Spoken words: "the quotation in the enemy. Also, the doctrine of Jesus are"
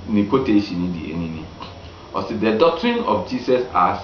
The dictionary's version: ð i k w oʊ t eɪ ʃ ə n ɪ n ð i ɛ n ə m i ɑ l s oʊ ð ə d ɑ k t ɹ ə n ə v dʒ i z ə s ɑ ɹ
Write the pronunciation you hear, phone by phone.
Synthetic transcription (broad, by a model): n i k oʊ t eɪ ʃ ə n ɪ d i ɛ n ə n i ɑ s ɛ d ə d ɑ k t ɹ ə n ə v dʒ i s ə s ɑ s